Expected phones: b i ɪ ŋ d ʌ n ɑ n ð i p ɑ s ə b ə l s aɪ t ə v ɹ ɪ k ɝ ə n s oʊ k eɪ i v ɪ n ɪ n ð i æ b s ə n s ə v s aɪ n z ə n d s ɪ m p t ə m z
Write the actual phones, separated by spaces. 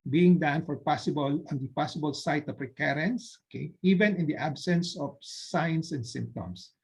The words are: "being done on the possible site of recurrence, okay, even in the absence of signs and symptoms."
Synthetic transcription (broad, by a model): b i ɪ ŋ d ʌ l ɑ n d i p ɑ s ə b ə l s aɪ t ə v ɹ ɪ k ɝ ə n s oʊ k eɪ i v ɪ n ɪ n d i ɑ b s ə n s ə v s aɪ n s ə n d s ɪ m p t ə m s